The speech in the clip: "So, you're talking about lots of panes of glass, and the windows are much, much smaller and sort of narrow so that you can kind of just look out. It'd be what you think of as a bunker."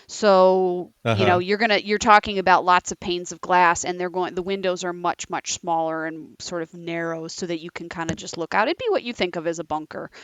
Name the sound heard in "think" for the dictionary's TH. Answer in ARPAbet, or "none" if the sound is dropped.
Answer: TH